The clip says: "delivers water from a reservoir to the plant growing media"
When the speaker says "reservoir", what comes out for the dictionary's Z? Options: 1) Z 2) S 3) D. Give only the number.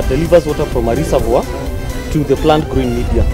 2